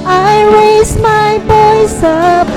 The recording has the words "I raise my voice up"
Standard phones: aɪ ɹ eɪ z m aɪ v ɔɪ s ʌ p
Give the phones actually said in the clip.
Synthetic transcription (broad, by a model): aɪ ɹ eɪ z m aɪ b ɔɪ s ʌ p